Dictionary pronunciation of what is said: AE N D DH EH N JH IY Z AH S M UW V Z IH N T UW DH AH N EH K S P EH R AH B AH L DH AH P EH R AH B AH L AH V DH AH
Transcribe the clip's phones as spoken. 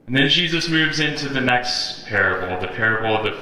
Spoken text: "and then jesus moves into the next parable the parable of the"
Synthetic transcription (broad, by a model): N DH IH N JH IY Z AH S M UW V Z IH N T UW DH AH N EH K S P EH R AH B L DH AH P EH R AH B L AH V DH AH